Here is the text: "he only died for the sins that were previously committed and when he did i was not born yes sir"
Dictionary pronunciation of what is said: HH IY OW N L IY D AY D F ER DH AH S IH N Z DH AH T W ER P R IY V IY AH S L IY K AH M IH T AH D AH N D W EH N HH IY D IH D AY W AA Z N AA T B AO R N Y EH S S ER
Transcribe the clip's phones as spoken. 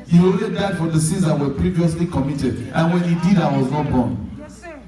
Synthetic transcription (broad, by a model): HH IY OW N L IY D AY D F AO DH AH S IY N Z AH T W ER P R IY V IY AH S L IY K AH M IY T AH D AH N W EH N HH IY D IH D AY W AA Z N AA T B AO N